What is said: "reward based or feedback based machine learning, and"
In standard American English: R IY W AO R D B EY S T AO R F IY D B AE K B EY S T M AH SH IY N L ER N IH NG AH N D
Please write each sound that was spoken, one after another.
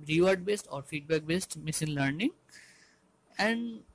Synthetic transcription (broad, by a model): R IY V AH R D B EY S T AO R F IY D B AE K B EY S T M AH S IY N L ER N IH NG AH N D